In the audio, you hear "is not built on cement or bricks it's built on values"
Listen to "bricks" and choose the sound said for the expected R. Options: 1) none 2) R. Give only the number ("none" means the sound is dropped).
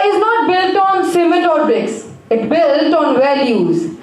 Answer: 1